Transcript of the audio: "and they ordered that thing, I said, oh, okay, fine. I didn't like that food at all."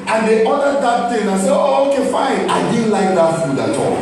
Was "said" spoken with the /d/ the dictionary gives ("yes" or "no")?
no